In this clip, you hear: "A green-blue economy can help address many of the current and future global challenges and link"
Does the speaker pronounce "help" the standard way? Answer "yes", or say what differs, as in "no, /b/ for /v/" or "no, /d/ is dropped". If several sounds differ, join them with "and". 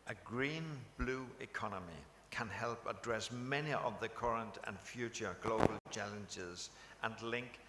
yes